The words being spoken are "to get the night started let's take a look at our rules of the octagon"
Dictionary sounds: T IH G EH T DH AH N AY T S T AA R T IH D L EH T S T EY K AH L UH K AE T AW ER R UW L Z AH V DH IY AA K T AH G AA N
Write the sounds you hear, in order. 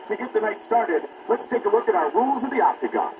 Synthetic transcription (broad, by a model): T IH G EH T DH AH N AY T S T AA R T IH D L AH T S T EY K AH L UH K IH T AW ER R UW L Z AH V DH IY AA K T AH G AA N